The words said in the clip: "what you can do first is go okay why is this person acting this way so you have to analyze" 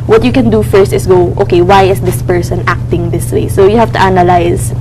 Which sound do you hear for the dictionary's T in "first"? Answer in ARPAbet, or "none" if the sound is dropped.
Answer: T